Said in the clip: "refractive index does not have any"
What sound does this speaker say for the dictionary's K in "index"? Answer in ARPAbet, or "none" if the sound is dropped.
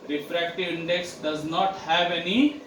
K